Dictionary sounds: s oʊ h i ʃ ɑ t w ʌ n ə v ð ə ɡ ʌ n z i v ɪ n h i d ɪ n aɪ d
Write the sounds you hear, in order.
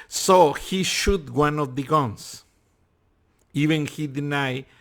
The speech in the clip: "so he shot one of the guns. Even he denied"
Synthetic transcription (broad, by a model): s oʊ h i ʃ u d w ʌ n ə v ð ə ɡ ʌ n s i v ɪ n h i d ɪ n aɪ